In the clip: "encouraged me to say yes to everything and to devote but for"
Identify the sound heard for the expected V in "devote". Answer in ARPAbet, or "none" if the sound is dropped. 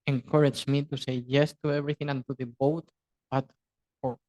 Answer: B